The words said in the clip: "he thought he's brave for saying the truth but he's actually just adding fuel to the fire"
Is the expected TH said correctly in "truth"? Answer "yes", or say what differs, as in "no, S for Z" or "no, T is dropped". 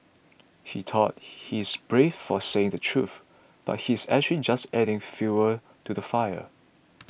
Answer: yes